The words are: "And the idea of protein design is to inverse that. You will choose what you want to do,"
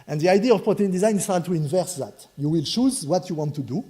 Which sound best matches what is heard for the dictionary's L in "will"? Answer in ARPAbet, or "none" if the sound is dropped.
L